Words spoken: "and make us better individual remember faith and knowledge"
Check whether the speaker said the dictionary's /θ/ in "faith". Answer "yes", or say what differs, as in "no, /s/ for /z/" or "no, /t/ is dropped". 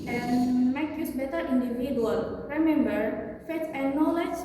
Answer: no, /t/ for /θ/